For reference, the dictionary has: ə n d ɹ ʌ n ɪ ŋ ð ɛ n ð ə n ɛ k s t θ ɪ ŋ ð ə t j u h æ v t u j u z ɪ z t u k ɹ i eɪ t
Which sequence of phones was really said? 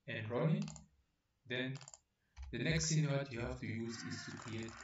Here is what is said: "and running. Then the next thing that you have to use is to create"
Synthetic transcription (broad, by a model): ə n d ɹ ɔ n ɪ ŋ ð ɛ n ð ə n ɛ k s t s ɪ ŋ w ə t j u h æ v t u j u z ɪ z t u k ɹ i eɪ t